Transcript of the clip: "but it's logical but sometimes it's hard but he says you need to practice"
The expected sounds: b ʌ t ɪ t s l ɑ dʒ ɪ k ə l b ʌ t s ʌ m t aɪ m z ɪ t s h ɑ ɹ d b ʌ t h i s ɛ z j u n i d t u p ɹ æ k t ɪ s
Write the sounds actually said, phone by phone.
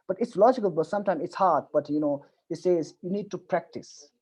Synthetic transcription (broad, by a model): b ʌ t ɪ t s l ɑ dʒ ɪ k ə l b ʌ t s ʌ m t aɪ m ɪ t s h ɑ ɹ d b ʌ t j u s ɛ z j u n i d t u p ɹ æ k t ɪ s